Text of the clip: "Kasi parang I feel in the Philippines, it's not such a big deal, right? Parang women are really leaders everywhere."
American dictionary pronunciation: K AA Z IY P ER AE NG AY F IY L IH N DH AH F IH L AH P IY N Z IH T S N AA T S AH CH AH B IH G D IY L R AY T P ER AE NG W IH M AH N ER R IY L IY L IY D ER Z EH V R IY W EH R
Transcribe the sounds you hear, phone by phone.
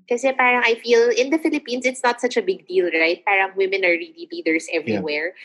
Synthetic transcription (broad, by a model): K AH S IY P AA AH NG AY F IY L IH N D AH F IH L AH P IY N S IH T S N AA T S AH CH AH B IH G D IY L R AY T P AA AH NG W IH M AH N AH R IY L IY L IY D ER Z EH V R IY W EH R